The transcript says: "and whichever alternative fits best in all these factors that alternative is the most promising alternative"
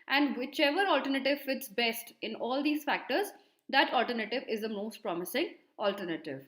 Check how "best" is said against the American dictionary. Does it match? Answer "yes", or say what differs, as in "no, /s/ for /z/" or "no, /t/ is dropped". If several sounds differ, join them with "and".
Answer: yes